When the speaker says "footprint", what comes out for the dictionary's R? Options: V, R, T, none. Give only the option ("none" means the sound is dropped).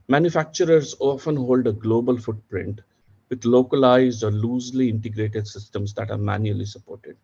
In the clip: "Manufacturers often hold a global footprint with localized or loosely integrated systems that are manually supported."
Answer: R